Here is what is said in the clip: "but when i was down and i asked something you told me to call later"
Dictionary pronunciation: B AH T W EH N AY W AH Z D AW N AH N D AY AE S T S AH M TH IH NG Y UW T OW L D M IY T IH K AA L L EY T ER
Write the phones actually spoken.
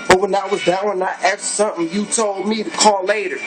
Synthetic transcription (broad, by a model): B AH T W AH N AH W AH Z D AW AH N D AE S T S AH M TH IH NG Y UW T OW L D M IY T IH K AA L L EY T ER